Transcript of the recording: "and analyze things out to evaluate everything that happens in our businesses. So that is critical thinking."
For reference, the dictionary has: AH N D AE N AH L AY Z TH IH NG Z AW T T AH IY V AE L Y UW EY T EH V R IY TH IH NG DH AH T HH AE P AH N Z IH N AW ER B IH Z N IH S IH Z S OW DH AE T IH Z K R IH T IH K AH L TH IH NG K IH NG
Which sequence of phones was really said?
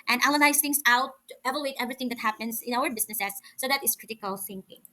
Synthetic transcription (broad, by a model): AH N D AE L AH N AY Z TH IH NG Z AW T T AH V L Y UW EY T EH V R IY TH IH NG DH AH T HH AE P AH N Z IH N AW ER B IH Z N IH S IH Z S OW DH AE T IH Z K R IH T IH K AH L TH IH NG K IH NG